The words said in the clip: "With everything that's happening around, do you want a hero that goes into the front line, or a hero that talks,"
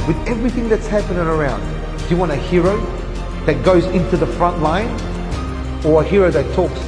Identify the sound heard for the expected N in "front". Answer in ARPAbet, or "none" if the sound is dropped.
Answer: N